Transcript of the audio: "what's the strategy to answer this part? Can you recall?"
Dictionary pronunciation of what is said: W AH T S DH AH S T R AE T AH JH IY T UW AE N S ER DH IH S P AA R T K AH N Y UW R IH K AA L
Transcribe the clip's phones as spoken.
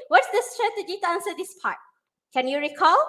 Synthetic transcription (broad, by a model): W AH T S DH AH S T R AE T AH JH IY T UW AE N S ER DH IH S P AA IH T K AH N Y UW R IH K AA L